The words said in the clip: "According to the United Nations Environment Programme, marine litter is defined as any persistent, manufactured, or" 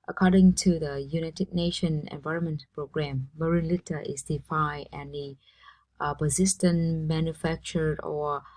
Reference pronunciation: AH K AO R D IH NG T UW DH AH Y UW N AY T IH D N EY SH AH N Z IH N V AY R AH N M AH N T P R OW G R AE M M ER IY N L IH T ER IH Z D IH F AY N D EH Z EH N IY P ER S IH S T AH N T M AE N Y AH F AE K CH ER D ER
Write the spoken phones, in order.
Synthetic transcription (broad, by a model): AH K AO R D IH NG T UW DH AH Y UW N AY T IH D N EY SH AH N IH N V AY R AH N M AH N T P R OW G R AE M M ER IY N L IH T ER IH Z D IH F AY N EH EH N IY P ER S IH S T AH N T M AE N Y AH F AE K CH ER D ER